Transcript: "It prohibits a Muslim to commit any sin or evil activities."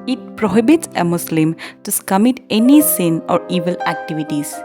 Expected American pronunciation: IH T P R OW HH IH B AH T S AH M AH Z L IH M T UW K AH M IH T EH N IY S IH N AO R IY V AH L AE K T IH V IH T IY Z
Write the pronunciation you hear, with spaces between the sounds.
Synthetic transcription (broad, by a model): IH T P R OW HH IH B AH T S AH M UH S L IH M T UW K AH M IH T EH N IY S IH N AO R IY V AH L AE K T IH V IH T IY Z